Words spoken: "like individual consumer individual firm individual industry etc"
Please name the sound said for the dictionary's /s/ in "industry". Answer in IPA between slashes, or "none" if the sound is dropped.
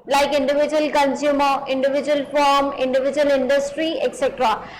/s/